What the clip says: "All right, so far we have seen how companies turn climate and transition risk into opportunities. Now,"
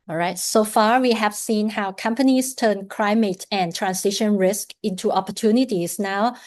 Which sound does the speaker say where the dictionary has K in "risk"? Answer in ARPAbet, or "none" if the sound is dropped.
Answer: K